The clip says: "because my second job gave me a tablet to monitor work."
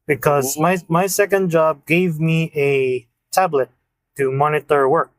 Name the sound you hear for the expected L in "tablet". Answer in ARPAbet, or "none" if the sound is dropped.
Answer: L